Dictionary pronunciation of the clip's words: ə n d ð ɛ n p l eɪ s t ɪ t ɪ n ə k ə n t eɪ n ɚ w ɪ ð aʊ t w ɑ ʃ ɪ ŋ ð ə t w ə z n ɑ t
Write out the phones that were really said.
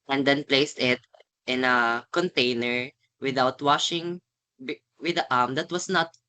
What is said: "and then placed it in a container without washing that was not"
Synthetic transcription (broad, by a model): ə n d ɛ n p l eɪ s t ɪ t ɪ n ə k ə n t eɪ n ɚ w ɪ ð aʊ t w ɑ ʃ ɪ ŋ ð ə t w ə s n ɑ t